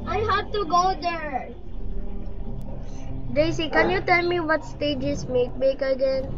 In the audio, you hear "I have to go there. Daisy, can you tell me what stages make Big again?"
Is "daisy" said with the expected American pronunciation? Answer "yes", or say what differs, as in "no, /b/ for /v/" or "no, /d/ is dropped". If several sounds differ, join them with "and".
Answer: no, /s/ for /z/